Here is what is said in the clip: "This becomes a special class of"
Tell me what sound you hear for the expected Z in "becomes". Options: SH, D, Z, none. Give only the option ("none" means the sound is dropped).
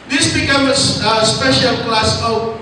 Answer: none